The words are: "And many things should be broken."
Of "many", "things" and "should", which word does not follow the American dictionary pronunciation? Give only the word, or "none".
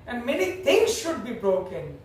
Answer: things